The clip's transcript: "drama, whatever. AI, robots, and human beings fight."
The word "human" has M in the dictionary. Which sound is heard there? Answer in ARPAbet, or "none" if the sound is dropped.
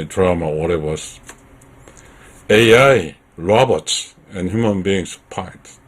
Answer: M